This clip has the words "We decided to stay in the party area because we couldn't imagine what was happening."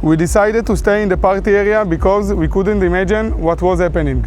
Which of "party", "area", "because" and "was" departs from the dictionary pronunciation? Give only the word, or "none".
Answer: none